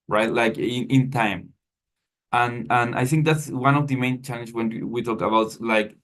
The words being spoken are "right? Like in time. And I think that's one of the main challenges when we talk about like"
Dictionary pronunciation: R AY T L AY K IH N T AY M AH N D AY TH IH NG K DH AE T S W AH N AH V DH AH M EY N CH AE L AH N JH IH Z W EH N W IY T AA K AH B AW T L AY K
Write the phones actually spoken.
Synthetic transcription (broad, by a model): R AY T L AY K IH N T AY M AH N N AY TH IH NG K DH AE T S W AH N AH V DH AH M EY N CH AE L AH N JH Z W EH N W IY T AA K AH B AW T L AY K